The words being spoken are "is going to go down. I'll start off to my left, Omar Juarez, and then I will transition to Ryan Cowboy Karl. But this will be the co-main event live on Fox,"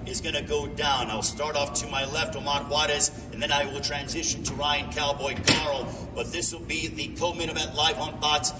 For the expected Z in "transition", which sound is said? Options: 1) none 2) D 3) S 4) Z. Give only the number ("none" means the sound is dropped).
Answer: 4